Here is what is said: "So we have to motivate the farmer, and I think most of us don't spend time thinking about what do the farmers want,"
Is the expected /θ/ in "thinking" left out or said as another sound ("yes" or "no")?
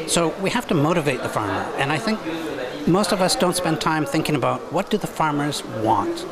no